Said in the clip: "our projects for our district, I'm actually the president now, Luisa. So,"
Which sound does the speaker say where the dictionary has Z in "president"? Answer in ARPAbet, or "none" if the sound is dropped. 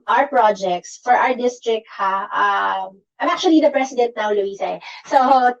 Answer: S